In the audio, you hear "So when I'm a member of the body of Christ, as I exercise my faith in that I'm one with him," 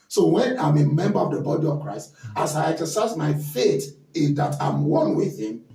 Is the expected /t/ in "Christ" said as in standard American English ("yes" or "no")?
yes